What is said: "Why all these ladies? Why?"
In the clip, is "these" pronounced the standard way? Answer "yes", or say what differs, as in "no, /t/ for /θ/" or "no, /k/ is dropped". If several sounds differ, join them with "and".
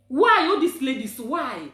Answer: no, /s/ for /z/